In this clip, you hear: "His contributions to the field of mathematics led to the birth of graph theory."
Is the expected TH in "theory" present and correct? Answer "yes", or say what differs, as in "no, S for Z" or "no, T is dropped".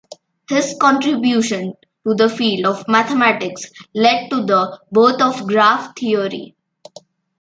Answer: no, T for TH